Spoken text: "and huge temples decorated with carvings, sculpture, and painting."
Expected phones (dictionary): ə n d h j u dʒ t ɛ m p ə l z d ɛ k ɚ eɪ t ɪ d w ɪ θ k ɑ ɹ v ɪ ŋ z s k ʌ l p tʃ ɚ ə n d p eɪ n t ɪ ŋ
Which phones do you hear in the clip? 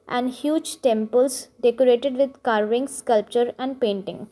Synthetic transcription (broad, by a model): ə n d h j u dʒ t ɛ m p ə l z d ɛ k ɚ eɪ t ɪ d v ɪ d k ɑ ɹ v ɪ ŋ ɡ s k ʌ l p tʃ ɚ ə n d p eɪ n t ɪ ŋ